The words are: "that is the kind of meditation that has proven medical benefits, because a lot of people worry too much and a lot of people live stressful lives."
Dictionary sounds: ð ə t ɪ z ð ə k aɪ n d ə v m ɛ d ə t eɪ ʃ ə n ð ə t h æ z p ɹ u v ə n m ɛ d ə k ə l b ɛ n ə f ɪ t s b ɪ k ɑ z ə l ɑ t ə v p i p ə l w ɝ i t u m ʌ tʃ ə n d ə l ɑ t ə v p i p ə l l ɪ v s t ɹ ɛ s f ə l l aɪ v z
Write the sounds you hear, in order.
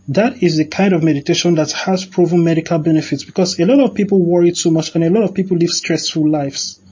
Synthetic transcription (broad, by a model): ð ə t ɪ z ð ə k aɪ n d ə v m ɛ d ə t eɪ ʃ ə n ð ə t h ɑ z p ɹ u v ə n m ɛ d ə k ə l b ɛ n ə f ɪ t s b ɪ k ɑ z ə l ɑ t ə v p i p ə l w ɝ i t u m ʌ tʃ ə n ə l ɑ t ə v p i p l l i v s t ɹ ɛ s f ə l l aɪ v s